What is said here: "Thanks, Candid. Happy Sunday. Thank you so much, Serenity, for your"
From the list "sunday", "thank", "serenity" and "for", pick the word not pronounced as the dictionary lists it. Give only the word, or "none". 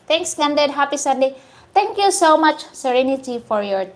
thank